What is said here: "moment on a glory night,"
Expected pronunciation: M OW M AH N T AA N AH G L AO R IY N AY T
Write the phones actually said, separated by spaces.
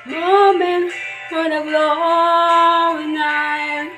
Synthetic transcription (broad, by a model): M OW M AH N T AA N AH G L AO IY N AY